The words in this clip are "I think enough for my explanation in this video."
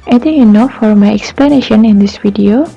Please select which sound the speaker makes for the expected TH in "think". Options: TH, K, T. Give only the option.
T